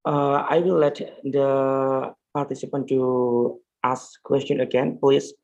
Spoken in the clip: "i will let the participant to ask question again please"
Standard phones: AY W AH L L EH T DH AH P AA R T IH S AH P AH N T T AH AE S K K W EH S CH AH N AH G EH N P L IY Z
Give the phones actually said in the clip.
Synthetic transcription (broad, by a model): AY W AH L L EH T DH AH P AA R T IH S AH P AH N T T AH S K K W EH S CH AH N AH G EH N P L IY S